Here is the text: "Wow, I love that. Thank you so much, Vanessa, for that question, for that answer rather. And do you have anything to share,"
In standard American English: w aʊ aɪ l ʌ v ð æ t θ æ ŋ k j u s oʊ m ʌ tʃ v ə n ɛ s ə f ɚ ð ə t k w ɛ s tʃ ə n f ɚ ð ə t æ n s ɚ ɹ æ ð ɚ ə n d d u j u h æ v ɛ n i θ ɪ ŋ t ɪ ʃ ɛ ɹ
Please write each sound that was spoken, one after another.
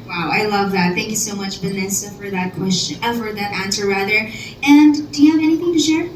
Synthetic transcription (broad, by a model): w aʊ aɪ l ʌ v ð æ t θ æ ŋ k j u s oʊ m ʌ tʃ b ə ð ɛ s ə f ɚ ð ə t k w ɛ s tʃ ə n f ɚ ð ə t æ n s ɚ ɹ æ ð ɚ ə n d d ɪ j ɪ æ v ɛ n i θ ɪ ŋ t ɪ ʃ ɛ ɹ